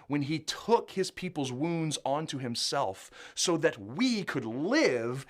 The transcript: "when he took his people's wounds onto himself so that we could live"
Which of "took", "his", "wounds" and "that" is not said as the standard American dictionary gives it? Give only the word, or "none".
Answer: none